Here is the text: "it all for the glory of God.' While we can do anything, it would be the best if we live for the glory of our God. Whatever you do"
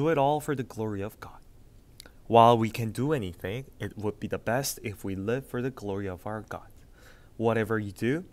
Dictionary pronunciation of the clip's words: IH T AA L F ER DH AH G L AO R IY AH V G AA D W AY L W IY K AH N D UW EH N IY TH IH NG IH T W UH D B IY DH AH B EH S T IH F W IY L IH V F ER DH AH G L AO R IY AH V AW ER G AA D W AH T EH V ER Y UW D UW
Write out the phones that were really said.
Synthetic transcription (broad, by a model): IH T AA L F ER DH AH G L AO R IY AH V G AA D W AY L W IY K AH N D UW EH N IY TH IH NG IH T W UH D B IY DH AH B EH S T IH F W IY L IH V F ER DH AH G L AO R IY AH V AW ER G AA D W AH T EH V ER Y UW D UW